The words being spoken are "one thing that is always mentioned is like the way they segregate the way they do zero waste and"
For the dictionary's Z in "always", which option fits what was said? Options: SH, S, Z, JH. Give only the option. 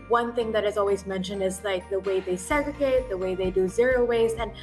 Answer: Z